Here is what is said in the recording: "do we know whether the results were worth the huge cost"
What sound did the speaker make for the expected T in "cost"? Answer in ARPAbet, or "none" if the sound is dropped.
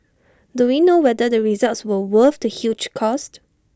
T